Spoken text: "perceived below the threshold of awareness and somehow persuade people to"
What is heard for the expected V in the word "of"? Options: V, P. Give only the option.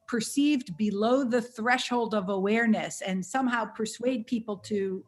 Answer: V